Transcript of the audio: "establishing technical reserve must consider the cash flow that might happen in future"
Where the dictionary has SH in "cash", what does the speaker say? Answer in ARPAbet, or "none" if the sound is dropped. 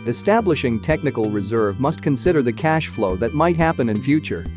SH